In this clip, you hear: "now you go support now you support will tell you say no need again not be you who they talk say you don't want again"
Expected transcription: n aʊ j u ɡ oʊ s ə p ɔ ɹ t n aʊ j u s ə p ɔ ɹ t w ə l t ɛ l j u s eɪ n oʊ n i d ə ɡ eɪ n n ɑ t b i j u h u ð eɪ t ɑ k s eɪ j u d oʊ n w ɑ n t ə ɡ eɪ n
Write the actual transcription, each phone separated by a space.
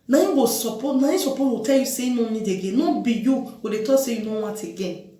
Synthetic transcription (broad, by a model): n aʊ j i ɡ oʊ s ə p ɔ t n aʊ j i s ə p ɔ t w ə t ɛ l j u s eɪ n oʊ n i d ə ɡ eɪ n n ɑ b i j u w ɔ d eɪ t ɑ s eɪ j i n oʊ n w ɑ t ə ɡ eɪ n